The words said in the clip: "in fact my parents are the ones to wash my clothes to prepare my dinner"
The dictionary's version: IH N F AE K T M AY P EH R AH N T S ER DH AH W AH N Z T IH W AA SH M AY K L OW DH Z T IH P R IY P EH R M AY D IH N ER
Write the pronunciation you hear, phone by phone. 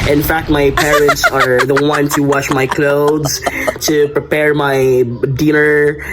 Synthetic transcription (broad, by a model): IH N F AE K T M AY P EH R AH N T S ER DH AH W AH N T IH W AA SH M AY K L OW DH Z T IH P R IY P EH R M AY D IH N ER